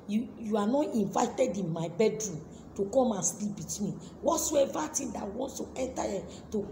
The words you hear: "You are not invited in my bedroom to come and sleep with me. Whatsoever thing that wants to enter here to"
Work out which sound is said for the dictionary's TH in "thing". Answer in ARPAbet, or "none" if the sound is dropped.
T